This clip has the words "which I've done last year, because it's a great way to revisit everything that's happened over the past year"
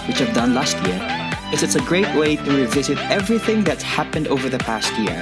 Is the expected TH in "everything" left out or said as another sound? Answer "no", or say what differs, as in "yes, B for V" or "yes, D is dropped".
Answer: no